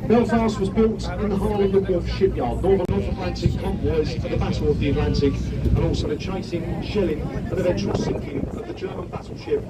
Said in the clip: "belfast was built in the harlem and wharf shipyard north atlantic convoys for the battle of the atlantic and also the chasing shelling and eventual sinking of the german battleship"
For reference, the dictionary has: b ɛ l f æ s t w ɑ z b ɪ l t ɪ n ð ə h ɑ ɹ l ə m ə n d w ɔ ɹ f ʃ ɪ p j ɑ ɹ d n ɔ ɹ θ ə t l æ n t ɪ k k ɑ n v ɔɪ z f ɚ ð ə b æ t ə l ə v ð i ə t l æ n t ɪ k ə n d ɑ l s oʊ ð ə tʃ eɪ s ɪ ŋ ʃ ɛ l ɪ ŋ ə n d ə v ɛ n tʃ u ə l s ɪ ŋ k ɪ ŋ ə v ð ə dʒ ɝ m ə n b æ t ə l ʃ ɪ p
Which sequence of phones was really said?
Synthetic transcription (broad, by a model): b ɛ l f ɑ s w ɑ z b ɪ l t ɪ n ð ə h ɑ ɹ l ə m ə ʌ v ʃ ɪ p j ɑ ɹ d n ɔ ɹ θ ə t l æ n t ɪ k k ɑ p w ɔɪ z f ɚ ð ə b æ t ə l ə v ð i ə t l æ n t ɪ k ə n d ɑ l s oʊ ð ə tʃ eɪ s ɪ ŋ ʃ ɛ l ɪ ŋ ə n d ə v ɛ n tʃ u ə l s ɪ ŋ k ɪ ə v ð ə dʒ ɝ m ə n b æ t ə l ʃ ɪ p